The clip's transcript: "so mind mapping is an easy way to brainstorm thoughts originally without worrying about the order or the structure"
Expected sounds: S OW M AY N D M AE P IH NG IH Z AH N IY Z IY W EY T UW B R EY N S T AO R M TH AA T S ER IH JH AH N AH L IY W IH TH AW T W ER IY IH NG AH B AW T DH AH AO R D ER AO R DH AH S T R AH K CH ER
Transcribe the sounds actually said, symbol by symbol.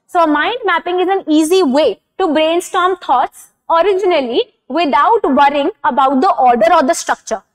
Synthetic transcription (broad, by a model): S OW M AY N D M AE P IH NG IH Z AH N IY Z IY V EY T UW B R EY N S T AO R M T AA T S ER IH JH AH N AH L IY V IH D AW T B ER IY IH NG AH B AW T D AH AO R D ER AO R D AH S T R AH K CH ER